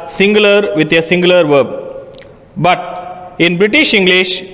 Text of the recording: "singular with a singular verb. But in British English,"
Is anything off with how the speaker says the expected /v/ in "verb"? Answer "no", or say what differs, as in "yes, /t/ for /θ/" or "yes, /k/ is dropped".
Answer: no